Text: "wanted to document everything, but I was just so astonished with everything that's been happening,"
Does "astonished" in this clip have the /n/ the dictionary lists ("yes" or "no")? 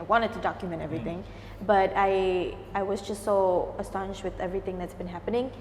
yes